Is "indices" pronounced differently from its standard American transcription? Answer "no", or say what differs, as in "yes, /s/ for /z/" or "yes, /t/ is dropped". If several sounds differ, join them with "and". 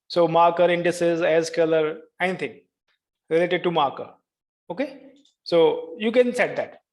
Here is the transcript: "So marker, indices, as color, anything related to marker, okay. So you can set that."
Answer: no